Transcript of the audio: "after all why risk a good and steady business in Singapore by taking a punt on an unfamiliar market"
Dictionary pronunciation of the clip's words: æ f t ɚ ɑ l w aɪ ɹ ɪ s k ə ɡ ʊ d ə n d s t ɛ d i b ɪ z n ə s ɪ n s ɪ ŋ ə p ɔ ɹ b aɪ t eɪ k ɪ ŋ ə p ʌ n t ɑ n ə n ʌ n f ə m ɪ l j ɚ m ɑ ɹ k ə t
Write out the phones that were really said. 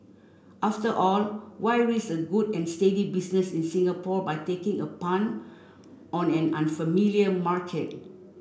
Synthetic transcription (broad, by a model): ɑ f t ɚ ɑ l w aɪ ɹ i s ə ɡ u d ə n s t ɛ d i b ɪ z n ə s ɪ n s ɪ ŋ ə p ɔ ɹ b aɪ t eɪ k ɪ ŋ ə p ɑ n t ɑ n ə n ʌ n f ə m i l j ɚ m ɑ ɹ k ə t